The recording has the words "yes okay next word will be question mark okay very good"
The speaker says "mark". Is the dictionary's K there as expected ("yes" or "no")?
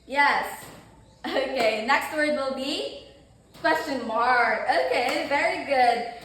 no